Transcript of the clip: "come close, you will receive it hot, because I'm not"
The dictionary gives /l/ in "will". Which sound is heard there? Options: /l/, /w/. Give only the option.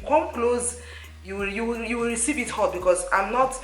/w/